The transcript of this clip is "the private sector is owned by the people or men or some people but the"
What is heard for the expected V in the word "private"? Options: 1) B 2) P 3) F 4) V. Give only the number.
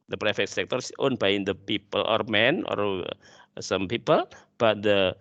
3